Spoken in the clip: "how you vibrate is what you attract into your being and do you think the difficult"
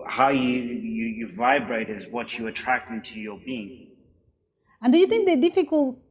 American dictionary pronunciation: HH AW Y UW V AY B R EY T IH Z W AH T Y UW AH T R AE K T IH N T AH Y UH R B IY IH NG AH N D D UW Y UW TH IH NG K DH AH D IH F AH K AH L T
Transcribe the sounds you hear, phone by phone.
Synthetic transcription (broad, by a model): HH AW Y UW V AY B R EY T IH Z W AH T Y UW AH T R AE K T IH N T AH Y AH R B IY IH NG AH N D D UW Y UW TH IH NG K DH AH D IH F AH K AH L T